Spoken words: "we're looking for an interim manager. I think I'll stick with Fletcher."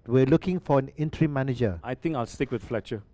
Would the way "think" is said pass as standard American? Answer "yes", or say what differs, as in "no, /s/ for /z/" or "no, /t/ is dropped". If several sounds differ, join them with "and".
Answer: no, /t/ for /θ/